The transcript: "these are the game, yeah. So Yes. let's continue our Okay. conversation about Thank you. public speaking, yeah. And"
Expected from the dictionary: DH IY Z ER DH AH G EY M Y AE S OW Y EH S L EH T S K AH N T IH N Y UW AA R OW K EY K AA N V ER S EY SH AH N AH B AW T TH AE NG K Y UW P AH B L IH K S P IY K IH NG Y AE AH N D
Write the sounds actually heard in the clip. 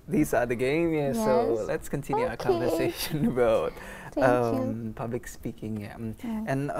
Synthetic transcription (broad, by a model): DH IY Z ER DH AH G EY M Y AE S OW L EH T S K AH N T IH N Y UW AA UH AH K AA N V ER S EY SH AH N AH B AW T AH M P AH B L IH K S P IY K IH NG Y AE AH N